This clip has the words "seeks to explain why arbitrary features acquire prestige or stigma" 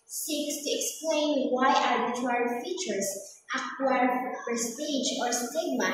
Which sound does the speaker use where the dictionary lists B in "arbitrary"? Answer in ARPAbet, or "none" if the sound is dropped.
none